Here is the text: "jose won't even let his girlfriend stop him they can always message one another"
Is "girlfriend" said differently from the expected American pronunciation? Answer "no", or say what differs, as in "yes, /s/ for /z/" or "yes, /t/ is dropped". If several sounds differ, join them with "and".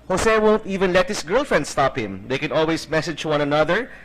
no